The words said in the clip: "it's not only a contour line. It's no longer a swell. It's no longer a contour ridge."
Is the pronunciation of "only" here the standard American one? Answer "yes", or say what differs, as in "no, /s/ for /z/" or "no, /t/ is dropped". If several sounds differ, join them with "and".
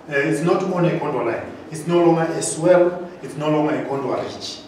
no, /l/ is dropped